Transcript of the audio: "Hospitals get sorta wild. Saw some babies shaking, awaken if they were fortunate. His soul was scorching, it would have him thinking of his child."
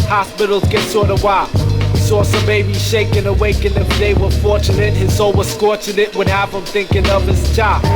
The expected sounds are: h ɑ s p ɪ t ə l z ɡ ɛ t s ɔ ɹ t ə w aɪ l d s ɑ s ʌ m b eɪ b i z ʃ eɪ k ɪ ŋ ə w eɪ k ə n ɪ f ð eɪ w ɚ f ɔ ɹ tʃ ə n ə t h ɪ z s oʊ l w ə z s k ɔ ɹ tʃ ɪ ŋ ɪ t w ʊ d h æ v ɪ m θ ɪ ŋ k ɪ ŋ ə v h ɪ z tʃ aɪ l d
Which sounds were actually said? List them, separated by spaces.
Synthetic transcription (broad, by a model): h ɑ s p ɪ t l z ɡ ɛ t s ɔ ɹ t ə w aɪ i s ɑ s ʌ m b eɪ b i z ʃ eɪ k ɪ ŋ ə w eɪ k ə n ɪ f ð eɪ w ɚ f ɔ ɹ tʃ ə n ə t h ɪ z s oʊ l w ə z s k ɔ ɹ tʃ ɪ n ɪ t w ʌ d h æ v ɪ m θ ɪ ŋ k ɪ ŋ ə v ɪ z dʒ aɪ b